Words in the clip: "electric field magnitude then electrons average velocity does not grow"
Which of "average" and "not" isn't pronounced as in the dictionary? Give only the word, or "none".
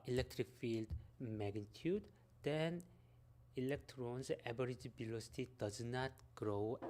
average